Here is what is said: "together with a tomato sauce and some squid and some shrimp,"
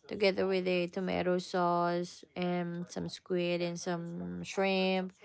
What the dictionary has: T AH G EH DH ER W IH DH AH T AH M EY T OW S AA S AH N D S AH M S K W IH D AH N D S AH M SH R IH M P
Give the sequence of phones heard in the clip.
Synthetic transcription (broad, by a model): T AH G EH DH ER W IH DH AH T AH M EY T OW S AA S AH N S AH M S K W IH D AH N S AH M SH R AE M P